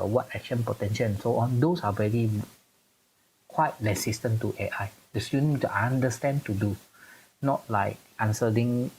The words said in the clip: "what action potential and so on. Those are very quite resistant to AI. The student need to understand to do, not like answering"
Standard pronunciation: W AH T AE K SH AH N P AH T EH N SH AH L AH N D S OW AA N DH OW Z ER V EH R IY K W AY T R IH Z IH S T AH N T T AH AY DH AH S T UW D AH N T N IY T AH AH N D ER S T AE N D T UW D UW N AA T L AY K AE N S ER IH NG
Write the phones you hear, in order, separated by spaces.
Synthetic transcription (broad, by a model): W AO T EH K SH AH N P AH T EH N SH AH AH N S OW AA N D OW S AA V EH R IY K W AY T L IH S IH S T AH N T T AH AY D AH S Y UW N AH T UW T AH N D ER S T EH N T UW D UW N AA T L AY K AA N S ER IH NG